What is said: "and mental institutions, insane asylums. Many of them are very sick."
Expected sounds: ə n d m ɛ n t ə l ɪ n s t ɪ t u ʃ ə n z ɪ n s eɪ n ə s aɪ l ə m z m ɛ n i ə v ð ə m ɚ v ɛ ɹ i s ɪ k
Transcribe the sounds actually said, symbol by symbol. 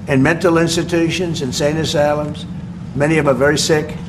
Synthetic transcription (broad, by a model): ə n m ɛ n t l ɪ n s t ɪ t u ʃ ə n z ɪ n s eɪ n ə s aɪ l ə m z m ɛ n i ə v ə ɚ v ɛ ɹ i s ɪ k